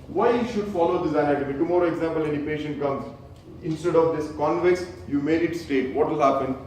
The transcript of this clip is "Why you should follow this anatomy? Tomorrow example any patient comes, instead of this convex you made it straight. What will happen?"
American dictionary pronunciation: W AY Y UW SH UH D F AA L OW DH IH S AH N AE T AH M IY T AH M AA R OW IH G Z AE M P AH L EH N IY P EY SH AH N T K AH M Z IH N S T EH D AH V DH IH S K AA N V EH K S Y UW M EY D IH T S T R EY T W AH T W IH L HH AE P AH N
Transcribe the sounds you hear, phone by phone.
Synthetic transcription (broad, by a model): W AY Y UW SH UH D F AA L OW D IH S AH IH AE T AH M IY T AH M AA R OW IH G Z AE M P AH L EH N IY P EY SH AH N T K AH M Z IH N S T EH D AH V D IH S K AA N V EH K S Y UW M EY D IH T S T EY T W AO T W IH L HH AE P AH N